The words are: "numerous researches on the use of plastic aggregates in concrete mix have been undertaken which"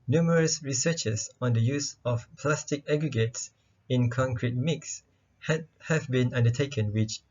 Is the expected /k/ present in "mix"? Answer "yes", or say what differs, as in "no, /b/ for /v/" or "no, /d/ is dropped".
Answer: yes